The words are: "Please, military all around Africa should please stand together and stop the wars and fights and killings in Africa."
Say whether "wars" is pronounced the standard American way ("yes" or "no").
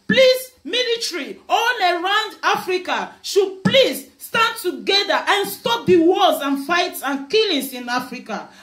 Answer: no